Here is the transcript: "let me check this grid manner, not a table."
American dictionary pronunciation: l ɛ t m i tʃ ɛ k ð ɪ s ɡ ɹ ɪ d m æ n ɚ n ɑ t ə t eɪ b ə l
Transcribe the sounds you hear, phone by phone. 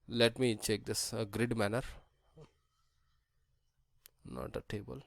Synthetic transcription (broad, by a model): l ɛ t m i tʃ ɛ k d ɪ s ɡ ɹ ɪ d m æ n ɚ n ɑ t ə t eɪ b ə l